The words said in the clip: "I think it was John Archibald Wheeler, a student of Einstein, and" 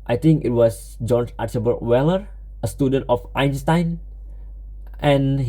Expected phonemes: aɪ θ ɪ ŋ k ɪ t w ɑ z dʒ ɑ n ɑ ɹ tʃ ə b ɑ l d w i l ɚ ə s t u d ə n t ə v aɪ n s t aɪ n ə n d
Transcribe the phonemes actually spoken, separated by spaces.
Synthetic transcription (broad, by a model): aɪ t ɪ ŋ k ɪ t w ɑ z dʒ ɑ n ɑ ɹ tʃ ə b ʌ d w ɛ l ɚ ə s t u d ə n t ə f aɪ n s t aɪ n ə n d